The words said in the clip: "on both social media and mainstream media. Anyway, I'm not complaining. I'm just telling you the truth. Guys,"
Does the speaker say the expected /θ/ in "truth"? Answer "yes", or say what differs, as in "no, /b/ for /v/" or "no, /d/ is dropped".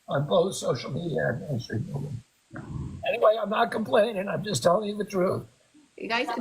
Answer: yes